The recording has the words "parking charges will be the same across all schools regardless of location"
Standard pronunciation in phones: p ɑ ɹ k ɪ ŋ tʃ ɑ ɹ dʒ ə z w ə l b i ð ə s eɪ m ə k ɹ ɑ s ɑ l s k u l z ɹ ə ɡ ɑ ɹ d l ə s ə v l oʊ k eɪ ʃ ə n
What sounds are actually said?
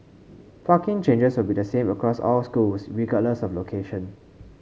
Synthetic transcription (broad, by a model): f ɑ k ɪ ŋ tʃ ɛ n dʒ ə s w ə l b i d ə s eɪ m ə k ɹ ɑ s ɑ l s k u l s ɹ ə ɡ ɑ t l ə s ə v l oʊ k eɪ ʃ ə n